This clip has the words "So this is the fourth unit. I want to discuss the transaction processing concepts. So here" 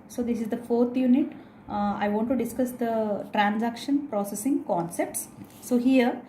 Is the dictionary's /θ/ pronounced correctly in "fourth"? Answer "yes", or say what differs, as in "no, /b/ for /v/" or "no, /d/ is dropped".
no, /t/ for /θ/